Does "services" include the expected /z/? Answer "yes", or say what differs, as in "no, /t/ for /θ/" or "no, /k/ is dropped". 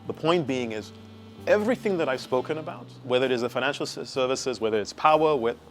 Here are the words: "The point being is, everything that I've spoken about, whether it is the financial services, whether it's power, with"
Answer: yes